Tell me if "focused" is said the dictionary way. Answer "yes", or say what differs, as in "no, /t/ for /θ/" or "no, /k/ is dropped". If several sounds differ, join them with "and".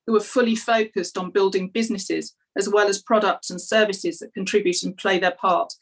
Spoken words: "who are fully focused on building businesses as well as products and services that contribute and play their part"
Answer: yes